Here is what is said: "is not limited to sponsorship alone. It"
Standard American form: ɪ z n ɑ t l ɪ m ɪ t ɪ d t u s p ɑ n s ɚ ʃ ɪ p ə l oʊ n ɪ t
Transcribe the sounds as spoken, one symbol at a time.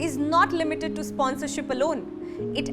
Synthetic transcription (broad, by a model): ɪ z n ɑ t l ɪ m ɪ t ɪ d t u s p ɑ n s ɚ ʃ ɪ p ə l oʊ n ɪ t